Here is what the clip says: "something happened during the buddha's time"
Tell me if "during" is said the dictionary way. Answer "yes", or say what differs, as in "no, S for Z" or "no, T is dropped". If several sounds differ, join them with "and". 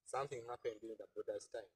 no, R is dropped